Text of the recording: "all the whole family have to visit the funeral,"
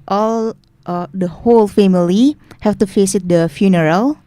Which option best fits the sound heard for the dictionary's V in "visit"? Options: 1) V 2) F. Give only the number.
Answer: 2